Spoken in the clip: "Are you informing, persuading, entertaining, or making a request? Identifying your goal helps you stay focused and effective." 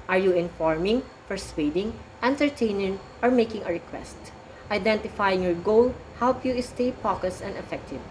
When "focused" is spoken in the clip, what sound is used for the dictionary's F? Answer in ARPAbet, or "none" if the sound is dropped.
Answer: P